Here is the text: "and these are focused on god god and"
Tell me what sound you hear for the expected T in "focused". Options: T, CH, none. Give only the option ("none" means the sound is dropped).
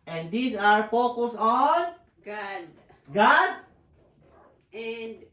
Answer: none